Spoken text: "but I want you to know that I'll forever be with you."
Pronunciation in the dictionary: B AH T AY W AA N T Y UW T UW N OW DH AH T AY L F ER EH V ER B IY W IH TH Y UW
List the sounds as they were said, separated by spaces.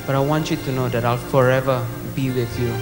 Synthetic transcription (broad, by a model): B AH T AY W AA N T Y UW T UW N OW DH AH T AY L F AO EH V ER B IY W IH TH Y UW